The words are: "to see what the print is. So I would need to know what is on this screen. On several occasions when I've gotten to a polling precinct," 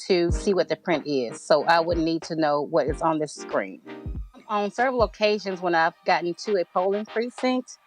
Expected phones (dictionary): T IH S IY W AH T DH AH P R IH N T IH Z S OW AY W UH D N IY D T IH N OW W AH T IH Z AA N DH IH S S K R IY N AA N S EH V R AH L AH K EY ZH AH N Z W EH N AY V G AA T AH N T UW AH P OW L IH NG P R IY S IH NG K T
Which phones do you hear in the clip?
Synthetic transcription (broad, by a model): T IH S IY W AH T DH AH P R IH N T IH Z S OW AY W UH D N IY D T IH N OW W AH T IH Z N DH IH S S K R IY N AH N S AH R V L AH K EY ZH AH N Z W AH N AY V G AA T N T UW AH P OW L IH NG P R IY S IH NG K T